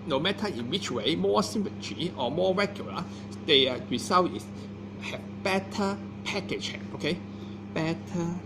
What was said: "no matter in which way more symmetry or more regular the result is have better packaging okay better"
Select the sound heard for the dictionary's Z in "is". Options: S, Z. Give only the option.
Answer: S